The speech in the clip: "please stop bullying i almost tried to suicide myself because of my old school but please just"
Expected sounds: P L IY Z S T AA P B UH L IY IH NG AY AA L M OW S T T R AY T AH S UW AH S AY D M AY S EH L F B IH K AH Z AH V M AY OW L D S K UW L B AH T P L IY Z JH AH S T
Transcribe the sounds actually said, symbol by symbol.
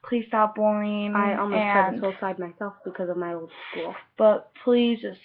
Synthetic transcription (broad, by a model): P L IY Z S T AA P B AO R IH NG AY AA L M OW T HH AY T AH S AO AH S AY D M AY S EH L F B IH K AH Z AH V M AY OW L D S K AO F B AH T P L IY Z JH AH S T